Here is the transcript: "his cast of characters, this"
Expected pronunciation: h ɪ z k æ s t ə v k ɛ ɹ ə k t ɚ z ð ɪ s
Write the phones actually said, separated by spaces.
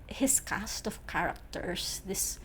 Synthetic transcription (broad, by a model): h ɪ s k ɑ s t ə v k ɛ ɹ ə k t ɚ s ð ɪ s